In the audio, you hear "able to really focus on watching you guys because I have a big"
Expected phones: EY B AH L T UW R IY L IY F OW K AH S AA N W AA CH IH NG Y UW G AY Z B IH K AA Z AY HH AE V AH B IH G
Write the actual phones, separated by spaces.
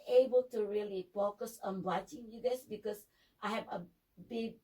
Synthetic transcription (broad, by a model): EY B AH L T UW R IY L IY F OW K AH S AA N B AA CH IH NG Y UW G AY S B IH K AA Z AY HH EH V AH B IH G